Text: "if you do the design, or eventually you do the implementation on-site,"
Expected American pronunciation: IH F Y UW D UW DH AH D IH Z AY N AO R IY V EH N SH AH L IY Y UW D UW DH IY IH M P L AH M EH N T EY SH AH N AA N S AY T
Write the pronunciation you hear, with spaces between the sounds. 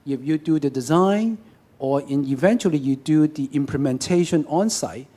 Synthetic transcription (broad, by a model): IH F Y UW D UW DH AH D IH Z AY N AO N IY V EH N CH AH L IY Y UW D UW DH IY IH M P L AH M EH N T EY SH AH N AA N S AY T